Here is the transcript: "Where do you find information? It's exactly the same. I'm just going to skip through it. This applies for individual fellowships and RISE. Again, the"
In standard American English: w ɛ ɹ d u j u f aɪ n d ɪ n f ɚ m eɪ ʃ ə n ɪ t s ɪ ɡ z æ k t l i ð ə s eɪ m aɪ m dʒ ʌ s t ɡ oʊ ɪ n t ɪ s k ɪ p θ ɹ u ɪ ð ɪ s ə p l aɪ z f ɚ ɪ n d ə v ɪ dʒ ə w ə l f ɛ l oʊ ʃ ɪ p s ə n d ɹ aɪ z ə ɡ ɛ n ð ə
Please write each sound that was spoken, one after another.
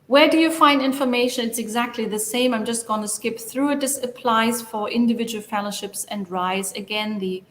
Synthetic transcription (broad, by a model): w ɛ ɹ d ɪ j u f aɪ n d ɪ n f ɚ m eɪ ʃ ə n ɪ t s ɪ ɡ z æ k t l i ð ə s eɪ m aɪ m dʒ ʌ s t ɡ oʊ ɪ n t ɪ s k ɪ p θ ɹ u ɪ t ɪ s ə p l aɪ z f ɚ ɪ n d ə v ɪ dʒ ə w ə l f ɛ l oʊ ʃ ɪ p s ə n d ɹ aɪ z ə ɡ ɛ n ð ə